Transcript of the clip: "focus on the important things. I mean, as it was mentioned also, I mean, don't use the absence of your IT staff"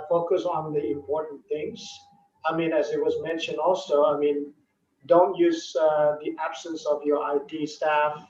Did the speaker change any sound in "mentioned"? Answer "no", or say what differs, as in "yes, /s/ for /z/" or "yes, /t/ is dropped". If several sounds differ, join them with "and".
no